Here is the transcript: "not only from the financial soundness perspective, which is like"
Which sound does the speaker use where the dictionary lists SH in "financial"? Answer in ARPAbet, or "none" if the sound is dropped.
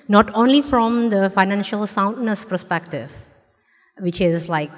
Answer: SH